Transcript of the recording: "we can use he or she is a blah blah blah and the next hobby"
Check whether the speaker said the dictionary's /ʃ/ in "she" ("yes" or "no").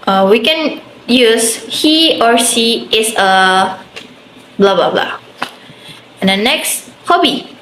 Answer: no